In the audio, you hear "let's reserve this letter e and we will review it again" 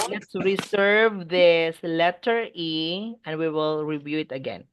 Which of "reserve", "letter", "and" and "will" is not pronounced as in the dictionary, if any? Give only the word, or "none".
reserve